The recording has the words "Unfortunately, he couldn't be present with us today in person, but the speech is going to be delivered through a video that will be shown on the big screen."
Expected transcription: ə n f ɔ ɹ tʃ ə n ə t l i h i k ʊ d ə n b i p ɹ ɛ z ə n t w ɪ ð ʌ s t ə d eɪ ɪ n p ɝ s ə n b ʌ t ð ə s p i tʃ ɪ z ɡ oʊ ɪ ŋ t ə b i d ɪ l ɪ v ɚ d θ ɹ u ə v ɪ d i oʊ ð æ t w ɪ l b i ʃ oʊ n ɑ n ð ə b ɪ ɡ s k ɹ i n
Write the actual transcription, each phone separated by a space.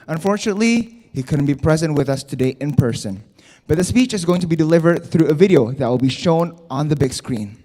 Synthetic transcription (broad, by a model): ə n f ɔ ɹ tʃ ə n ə t l i h i k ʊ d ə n b i p ɹ ɛ z ə n t w ɪ ð ʌ s t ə d eɪ ɪ n p ɝ s ə n b ʌ t ð ə s p i tʃ ɪ z ɡ oʊ ɪ ŋ t ə b i d ɪ l ɪ v ɚ d θ ɹ u ə v ɪ d i oʊ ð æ t w ɪ l b i ʃ oʊ n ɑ n ð ə b ɪ ɡ s k ɹ i n